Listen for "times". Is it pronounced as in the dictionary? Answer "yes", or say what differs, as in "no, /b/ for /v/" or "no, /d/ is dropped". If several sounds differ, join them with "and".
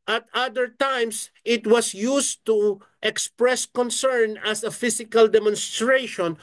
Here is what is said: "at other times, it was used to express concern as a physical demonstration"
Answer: no, /s/ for /z/